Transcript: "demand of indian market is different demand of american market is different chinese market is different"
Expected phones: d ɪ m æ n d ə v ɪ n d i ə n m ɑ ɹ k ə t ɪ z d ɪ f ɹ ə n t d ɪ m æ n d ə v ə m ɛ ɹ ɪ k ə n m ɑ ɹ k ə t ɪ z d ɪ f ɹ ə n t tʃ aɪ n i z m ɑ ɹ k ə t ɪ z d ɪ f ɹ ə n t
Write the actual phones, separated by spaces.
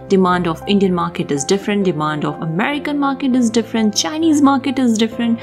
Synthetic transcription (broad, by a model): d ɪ m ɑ n d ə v ɪ n d i ə n m ɑ ɹ k ə t ɪ z d ɪ f ɹ ə n t d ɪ m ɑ n d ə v ə m ɛ ɹ ɪ k ə n m ɑ ɹ k ə t ɪ z d ɪ f ɹ ə n t tʃ aɪ n i z m ɑ ɹ k ə t ɪ z d ɪ f ɹ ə n t